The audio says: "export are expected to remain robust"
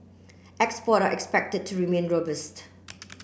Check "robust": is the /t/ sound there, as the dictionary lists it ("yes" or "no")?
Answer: yes